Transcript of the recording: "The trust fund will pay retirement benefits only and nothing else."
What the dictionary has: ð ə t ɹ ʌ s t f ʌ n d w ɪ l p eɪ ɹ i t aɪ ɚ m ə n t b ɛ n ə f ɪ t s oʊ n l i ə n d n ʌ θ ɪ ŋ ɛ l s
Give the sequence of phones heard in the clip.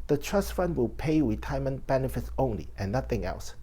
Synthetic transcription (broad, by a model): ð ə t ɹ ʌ s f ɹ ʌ n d w ɪ l p eɪ ɹ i t aɪ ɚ m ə n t b ɛ n ə f ɪ t s oʊ n l i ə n n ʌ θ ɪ ŋ ɛ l s